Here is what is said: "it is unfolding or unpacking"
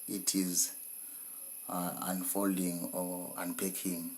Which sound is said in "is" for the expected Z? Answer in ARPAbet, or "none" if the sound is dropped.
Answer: Z